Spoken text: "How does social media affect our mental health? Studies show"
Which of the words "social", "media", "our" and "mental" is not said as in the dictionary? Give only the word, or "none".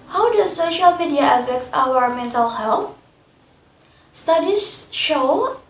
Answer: none